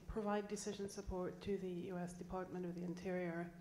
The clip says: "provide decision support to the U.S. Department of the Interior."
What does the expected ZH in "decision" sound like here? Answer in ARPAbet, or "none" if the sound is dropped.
ZH